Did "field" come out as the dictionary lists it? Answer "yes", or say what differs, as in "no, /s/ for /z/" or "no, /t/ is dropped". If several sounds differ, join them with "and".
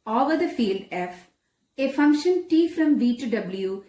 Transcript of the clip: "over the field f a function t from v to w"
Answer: yes